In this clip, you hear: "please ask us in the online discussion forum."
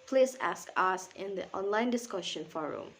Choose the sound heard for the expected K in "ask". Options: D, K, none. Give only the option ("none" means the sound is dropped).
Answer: K